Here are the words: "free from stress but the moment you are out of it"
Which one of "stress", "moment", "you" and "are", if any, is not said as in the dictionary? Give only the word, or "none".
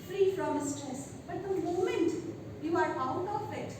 stress